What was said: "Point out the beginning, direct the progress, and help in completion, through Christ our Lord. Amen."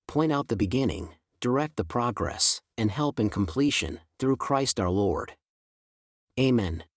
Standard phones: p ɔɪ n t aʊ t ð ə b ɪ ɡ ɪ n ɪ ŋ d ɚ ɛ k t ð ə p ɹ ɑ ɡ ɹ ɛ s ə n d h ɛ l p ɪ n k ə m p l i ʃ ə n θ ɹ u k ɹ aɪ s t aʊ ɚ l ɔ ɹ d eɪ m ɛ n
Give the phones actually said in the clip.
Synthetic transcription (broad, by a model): p ɔɪ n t aʊ t ð ə b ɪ ɡ ɪ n ɪ ŋ d ɚ ɛ k t ð ə p ɹ ɑ ɡ ɹ ɛ s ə n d h ɛ l p ɪ n k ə m p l i ʃ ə n θ ɹ u k ɹ aɪ s t aʊ ɚ l ɔ ɹ d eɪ m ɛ n